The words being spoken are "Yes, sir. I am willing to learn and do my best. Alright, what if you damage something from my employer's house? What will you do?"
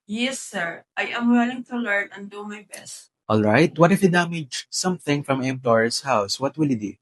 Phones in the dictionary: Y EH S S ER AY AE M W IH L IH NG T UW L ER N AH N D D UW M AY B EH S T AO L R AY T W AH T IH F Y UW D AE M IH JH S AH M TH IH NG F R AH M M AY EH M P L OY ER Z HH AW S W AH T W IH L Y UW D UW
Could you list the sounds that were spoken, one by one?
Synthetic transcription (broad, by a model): Y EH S S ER AY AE M W IH L IH NG T UW L ER N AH N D D UW M AY B EH S T AO L R AY T W AH T IH F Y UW D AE M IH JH S AH M TH IH NG F R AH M M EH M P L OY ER S HH AW S W AH T W IH L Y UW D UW